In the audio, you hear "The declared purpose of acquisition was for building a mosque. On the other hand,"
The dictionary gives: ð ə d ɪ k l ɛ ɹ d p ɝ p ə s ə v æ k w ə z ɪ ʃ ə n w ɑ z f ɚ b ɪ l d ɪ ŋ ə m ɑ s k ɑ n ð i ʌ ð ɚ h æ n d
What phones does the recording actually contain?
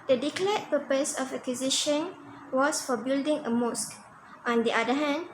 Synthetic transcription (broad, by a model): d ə d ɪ k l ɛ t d p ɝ p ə s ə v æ k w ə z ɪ ʃ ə n w ɑ s f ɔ b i l d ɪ ŋ ə m ɑ s k ɑ n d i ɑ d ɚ h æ n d